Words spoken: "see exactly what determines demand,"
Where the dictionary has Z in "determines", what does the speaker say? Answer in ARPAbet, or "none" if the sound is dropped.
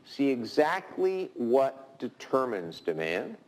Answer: Z